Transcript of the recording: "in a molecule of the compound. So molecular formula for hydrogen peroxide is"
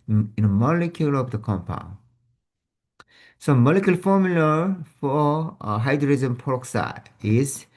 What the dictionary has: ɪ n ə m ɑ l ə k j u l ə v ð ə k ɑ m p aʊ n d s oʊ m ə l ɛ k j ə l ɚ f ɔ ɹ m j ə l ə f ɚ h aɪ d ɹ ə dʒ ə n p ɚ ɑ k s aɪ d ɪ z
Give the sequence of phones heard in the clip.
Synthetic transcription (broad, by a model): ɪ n ə m ɑ l ə k j u l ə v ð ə k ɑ m p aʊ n s oʊ m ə l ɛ k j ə l f ɔ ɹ m j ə l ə f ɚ h aɪ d ɹ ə z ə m p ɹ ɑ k s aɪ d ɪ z